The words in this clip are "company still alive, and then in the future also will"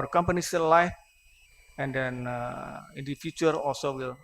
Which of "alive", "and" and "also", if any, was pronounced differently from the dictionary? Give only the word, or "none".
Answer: alive